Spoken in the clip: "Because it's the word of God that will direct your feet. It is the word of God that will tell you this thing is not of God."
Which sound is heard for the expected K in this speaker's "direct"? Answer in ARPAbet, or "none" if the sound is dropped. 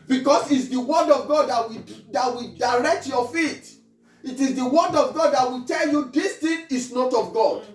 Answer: K